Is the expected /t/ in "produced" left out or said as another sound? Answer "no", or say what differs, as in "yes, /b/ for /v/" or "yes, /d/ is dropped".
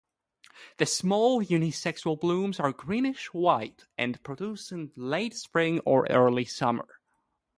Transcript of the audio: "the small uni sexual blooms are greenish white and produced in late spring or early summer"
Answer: yes, /t/ is dropped